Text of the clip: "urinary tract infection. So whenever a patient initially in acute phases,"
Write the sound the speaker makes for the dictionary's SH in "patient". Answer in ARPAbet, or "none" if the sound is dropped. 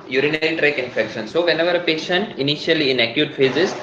SH